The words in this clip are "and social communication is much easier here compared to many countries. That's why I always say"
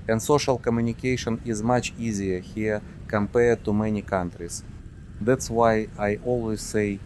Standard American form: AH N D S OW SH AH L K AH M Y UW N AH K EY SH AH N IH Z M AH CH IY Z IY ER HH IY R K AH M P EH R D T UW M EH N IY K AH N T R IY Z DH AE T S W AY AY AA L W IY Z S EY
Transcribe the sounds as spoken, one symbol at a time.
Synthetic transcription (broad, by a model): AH N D S OW SH AH L K AH M Y UW N AH K EY SH AH N IH Z M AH CH IY Z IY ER HH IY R K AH M P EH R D T UW M EH N IY K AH N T R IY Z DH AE T S W AY AY AA L W IY Z S EY